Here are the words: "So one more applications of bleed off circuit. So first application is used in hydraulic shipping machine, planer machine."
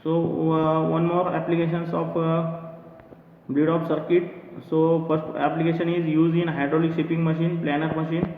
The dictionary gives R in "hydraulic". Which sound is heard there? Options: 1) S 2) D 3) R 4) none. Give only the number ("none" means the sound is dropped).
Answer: 3